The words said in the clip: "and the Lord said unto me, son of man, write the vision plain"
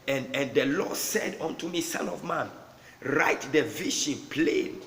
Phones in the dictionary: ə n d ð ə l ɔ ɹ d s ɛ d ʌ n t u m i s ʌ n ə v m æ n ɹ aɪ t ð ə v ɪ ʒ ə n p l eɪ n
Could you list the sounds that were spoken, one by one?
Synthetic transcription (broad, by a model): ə n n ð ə l ɔ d s ɛ d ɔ n t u m i s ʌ n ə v m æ n ɹ aɪ t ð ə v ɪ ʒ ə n p l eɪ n